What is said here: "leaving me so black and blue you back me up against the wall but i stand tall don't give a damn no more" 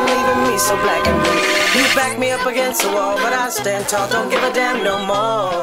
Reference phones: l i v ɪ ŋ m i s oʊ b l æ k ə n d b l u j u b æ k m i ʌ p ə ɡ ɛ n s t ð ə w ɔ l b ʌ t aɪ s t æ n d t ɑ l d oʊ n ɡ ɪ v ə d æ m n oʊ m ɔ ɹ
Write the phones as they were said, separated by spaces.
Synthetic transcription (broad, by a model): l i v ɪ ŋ m i s oʊ b l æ k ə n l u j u b æ k m i ʌ p ə ɡ ɛ n s t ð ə w ɔ l b ʌ t aɪ s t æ n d t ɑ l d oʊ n ɡ ɪ v ə d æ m n oʊ m ɔ ɹ